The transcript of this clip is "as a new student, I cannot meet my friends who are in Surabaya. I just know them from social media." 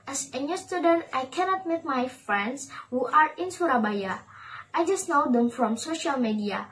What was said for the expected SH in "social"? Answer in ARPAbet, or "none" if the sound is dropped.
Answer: SH